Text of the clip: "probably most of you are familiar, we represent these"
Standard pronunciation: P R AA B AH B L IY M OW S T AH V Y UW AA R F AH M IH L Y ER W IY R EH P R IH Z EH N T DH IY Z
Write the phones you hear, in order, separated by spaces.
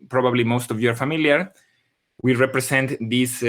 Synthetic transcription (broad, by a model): P R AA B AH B L IY M OW S T AH V Y AA R F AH M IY L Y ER W IY R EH P R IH S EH N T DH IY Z